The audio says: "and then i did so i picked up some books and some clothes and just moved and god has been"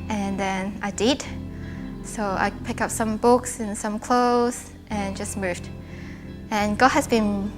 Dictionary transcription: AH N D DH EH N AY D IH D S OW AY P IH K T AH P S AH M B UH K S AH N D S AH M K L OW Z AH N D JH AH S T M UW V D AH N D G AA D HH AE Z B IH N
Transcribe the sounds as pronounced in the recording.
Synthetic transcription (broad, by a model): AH N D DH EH N AY D IH D S OW AY P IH K AH P S AH M B UH K S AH N S AH M K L OW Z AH N JH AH S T M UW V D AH N G AA D HH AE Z B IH N